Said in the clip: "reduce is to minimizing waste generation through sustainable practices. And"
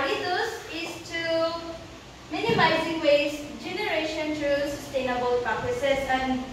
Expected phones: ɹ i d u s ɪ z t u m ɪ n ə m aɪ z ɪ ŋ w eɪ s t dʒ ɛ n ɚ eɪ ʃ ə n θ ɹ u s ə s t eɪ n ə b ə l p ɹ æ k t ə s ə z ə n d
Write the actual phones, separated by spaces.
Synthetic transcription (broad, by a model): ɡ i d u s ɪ s t u m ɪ n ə m aɪ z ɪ ŋ w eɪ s dʒ ɛ n ɚ eɪ ʃ ə n t ɹ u s ə s t eɪ n ə b ə l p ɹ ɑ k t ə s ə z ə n